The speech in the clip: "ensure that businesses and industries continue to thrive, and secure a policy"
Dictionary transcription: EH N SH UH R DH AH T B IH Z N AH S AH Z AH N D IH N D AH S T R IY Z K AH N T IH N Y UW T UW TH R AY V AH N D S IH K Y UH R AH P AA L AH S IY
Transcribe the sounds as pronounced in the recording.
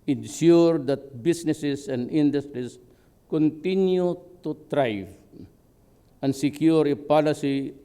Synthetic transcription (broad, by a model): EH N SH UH R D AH T B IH S N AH S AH S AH N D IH N D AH S T R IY S K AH N T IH N Y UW T UW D R AY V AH N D S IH K Y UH R AH P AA L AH S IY